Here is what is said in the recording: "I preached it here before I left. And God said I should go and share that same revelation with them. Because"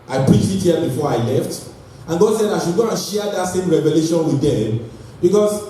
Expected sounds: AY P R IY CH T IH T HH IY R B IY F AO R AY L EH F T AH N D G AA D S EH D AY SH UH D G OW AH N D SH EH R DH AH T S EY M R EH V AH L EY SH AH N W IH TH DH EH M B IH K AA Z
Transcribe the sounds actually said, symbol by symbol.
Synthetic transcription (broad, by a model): AY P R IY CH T IH T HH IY B IY F AO R AY L EH F T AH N G AA D S EH D AY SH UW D G OW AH N SH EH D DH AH T S EY M R EH V AH L EY SH AH N W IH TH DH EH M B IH K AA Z